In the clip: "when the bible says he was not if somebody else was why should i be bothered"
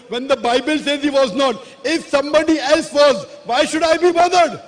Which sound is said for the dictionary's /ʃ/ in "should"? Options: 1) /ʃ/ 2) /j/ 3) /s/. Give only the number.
1